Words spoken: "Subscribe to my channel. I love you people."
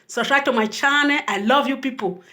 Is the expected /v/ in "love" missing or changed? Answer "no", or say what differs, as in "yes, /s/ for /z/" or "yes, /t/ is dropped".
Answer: no